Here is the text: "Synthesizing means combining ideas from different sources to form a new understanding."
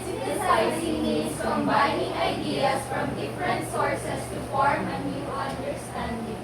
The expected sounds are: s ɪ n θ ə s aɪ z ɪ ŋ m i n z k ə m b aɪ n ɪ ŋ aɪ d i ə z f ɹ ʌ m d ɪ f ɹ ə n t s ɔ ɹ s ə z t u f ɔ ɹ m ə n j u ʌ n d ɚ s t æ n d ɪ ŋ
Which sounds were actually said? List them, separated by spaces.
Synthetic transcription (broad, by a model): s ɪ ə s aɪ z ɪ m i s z k ə m b aɪ n ɪ ŋ aɪ d i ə s f ɹ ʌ m d ɪ f ɹ ə n t s ɔ ɹ s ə s t u f ɔ ɹ m ə n j u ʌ n d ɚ s t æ n d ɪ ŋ